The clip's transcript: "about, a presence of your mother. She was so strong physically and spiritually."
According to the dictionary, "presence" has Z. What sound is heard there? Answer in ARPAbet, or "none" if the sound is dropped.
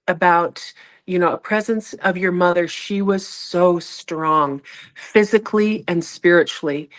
Z